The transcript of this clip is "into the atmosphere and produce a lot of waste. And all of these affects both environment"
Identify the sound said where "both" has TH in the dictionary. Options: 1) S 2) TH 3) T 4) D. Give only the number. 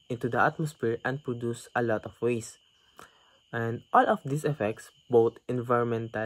3